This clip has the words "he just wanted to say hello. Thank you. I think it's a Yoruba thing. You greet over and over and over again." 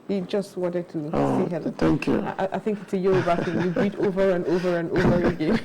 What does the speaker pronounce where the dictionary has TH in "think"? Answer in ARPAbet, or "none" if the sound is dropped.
TH